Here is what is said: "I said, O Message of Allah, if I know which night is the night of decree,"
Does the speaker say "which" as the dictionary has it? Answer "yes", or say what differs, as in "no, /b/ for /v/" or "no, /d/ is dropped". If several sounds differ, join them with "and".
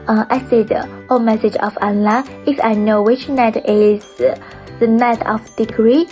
yes